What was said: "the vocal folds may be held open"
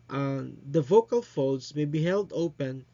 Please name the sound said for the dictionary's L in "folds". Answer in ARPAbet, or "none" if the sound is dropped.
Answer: none